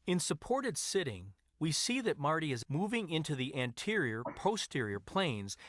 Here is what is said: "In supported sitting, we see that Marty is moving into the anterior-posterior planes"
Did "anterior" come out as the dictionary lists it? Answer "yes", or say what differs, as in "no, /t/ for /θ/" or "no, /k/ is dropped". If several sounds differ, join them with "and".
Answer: yes